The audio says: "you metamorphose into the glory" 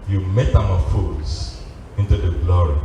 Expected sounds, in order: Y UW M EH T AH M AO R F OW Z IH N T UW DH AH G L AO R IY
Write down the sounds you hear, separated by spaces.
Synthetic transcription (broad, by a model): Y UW M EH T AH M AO F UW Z IH N T UW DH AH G L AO R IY